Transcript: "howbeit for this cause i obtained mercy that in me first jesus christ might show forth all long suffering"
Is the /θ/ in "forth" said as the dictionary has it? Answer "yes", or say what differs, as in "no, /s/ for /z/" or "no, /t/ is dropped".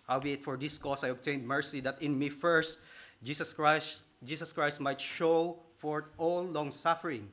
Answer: no, /t/ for /θ/